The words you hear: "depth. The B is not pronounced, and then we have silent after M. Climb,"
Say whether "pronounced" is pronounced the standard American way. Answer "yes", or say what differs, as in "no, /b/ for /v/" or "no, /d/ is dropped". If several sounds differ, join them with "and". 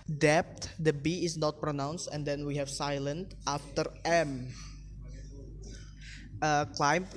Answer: yes